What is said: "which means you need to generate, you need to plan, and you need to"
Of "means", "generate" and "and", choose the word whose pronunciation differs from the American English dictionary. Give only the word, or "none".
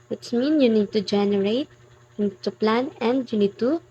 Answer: means